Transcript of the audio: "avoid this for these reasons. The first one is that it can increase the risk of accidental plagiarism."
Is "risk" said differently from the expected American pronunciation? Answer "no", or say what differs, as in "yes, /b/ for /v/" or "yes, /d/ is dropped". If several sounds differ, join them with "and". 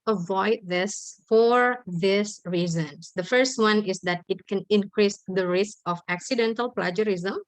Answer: no